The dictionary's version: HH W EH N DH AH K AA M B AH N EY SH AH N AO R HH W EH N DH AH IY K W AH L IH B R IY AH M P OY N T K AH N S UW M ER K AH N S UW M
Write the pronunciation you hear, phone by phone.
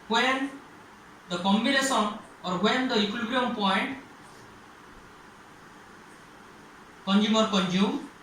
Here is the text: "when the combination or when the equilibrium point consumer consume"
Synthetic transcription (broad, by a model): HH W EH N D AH K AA M B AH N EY S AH N AO R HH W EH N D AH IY K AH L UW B R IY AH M P OY N T K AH N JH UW M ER K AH N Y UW M